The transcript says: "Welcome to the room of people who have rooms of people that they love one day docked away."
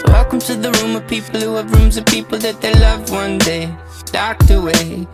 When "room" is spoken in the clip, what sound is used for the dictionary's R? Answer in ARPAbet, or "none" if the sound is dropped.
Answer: R